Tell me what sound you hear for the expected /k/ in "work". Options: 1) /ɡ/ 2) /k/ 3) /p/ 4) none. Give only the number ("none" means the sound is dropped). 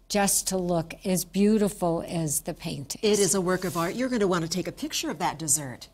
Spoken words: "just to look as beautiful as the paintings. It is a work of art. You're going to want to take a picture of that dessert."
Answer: 2